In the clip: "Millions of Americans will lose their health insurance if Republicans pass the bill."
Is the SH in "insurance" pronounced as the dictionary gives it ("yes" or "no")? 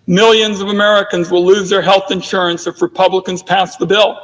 yes